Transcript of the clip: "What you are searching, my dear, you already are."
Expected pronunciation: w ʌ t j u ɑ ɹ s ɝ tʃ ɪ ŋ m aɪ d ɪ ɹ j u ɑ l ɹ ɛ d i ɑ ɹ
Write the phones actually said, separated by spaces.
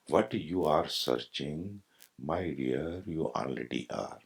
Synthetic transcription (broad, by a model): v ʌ t j u ɑ ɹ s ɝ tʃ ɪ ŋ m aɪ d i ɹ j u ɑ n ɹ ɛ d i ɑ ɹ